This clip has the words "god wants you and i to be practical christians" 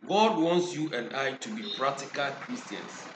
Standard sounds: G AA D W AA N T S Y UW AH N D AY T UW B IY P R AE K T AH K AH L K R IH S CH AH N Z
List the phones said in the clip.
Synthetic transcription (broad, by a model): G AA D W AA N T S Y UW AH N D AY T UW B IY P R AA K T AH K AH L K R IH S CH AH N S